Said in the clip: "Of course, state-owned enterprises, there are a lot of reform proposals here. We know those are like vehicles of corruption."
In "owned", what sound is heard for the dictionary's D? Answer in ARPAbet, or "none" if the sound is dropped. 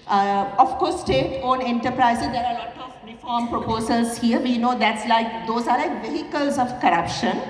none